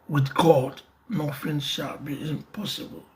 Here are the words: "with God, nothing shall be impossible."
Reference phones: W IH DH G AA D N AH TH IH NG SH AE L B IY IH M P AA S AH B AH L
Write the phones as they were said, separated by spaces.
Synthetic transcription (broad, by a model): W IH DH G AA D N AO F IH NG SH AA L B IY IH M P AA S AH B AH L